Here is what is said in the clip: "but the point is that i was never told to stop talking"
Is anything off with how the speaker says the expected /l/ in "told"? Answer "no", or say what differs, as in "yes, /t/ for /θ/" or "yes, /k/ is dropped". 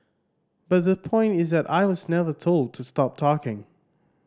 no